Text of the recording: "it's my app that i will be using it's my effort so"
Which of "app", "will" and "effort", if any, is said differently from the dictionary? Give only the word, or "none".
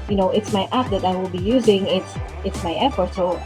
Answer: none